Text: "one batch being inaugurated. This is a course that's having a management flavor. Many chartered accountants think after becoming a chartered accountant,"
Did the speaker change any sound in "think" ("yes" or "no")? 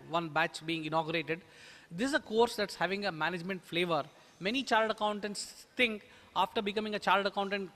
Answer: yes